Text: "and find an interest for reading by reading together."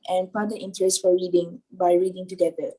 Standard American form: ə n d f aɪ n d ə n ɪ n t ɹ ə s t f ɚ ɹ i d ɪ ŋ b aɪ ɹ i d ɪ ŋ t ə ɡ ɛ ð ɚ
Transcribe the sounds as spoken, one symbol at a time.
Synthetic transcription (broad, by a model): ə n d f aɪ d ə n ɪ n t ɹ ə s t f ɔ ɹ i d ɪ ŋ b aɪ ɹ i d ɪ ŋ t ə ɡ ɛ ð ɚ